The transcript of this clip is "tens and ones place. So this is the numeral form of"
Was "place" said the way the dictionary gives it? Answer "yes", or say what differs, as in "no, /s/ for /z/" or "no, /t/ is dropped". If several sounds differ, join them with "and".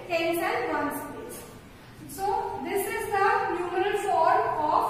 no, /l/ is dropped